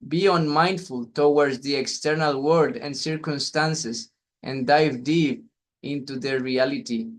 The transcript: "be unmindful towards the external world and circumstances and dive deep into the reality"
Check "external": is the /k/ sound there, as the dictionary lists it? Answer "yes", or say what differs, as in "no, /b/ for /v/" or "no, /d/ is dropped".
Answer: yes